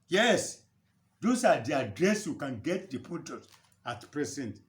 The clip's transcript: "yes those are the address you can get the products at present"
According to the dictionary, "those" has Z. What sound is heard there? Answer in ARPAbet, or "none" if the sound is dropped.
S